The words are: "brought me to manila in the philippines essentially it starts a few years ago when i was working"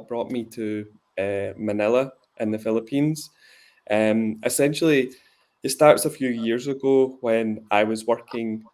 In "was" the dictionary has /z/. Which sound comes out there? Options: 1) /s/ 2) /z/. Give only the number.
2